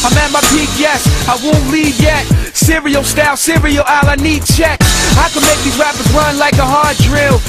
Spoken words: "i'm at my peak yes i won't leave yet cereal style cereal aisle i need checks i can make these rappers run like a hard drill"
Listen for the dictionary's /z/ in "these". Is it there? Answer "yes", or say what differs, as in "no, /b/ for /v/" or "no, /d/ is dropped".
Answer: no, /z/ is dropped